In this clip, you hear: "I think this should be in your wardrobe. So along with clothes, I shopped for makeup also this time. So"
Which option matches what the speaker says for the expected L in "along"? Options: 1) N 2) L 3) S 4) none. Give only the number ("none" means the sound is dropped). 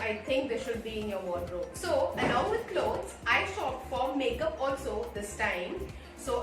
1